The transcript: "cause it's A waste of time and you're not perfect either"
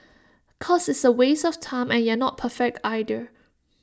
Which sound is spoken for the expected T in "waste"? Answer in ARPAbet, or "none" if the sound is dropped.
none